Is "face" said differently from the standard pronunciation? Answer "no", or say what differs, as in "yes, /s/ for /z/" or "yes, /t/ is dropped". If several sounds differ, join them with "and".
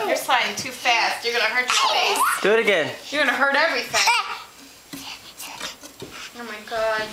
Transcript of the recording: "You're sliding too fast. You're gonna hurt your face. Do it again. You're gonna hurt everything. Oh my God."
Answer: yes, /s/ is dropped